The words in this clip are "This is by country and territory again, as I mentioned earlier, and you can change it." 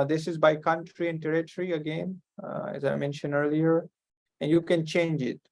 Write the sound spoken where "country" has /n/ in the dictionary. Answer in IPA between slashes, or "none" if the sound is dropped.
/n/